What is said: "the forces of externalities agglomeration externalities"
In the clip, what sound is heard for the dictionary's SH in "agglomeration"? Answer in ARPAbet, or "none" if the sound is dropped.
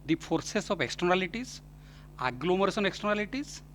S